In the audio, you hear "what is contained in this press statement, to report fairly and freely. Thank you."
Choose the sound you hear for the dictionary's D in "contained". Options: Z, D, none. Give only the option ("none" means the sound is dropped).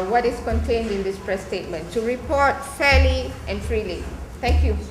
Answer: D